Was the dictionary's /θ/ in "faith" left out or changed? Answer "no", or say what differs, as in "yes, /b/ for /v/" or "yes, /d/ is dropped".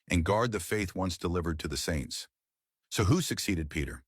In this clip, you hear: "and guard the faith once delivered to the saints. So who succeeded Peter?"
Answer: no